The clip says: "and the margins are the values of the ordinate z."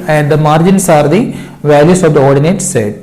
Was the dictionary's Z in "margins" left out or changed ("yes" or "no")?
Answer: yes